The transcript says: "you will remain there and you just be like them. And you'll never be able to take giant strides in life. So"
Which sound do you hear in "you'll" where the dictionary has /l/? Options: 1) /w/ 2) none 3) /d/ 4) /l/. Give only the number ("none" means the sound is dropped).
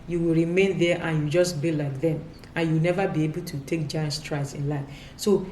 1